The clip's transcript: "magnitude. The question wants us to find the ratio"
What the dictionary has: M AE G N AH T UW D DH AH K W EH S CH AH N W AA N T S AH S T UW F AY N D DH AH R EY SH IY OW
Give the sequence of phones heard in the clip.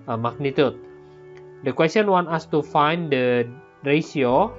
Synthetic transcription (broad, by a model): M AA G N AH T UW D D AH K W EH S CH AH N W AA N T AH S T UW F AY N D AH R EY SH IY OW